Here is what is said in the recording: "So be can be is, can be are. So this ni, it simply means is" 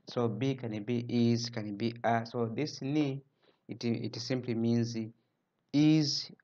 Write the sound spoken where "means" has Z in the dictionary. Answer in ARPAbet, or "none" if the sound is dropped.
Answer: Z